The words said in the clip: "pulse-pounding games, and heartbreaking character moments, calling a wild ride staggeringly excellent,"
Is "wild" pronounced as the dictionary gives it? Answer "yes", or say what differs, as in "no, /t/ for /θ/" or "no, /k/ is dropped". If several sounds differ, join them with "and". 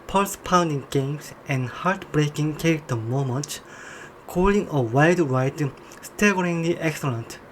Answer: no, /l/ is dropped